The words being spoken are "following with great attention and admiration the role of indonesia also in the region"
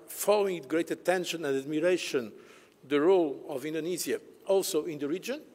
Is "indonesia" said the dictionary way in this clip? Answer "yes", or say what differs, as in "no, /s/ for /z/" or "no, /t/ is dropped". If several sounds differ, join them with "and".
no, /z/ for /ʒ/